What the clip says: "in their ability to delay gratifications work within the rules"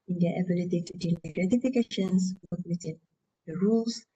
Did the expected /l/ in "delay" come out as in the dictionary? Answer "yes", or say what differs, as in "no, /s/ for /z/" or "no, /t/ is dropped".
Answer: no, /n/ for /l/